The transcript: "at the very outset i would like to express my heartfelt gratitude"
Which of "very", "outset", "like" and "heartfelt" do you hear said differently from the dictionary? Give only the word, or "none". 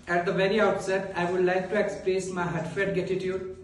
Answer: heartfelt